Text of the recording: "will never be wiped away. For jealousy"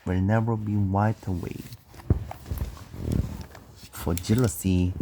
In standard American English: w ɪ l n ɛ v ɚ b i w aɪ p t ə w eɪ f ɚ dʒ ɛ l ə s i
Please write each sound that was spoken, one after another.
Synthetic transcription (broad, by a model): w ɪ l n ɛ v ɚ b i w aɪ t ə w eɪ f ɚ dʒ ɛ l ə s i